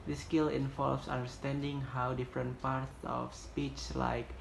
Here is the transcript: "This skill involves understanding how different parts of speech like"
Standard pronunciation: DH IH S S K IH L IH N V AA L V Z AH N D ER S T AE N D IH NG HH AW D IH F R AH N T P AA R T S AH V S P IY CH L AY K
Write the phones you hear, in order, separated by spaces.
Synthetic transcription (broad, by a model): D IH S S K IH L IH N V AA L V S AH N D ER S T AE N D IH NG HH AW D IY F R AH N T P AA R T S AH F S P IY CH L AY K